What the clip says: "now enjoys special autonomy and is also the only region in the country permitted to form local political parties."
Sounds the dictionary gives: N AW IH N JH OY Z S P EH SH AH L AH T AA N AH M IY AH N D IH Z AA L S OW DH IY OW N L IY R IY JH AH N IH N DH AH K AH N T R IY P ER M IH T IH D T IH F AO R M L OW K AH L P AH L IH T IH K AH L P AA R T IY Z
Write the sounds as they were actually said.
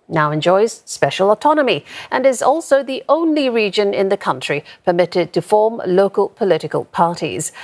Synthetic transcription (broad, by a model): N AW IH N JH OY Z S P EH SH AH L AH T AA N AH M IY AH N IH Z AA L S OW DH IY OW N L IY R IY JH AH N IH N DH AH K AH N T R IY P ER M IH T IH D T IH F AO R M L OW K AH L P AH L IH T IH K AH L P AA R T IY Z